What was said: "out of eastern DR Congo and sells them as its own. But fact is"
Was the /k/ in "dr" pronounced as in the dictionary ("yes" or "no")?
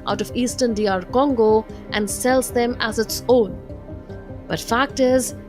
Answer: no